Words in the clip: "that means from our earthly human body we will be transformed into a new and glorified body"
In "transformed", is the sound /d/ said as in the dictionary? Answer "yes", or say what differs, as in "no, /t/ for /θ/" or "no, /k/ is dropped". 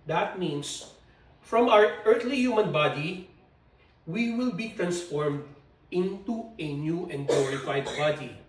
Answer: yes